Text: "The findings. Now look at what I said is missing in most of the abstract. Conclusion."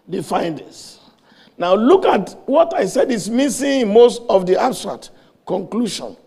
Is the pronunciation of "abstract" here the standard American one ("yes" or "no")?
no